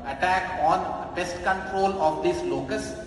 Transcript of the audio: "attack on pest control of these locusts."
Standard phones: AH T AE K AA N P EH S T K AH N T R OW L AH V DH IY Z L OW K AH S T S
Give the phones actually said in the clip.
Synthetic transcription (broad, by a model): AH T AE K AA N B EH S T K AH N T R OW L AH V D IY S L OW K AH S S